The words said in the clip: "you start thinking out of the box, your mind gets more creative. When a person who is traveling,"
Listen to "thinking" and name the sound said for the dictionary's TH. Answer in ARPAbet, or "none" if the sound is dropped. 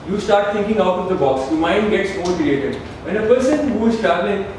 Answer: T